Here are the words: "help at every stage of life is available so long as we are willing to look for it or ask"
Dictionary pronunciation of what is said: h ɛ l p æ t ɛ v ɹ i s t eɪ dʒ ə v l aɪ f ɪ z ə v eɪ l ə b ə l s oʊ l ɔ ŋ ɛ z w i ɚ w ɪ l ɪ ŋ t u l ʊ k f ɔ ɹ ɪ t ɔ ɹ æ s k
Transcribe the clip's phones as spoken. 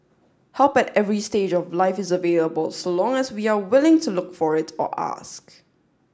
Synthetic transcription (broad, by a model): h ɛ l p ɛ t ɛ v ɹ i s t eɪ dʒ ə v l aɪ f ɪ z ə v eɪ l ə b ə l s oʊ l ɔ ŋ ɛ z w i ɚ w ɪ l ɪ ŋ t u l ʊ k f ɔ ɹ ɪ t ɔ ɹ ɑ s k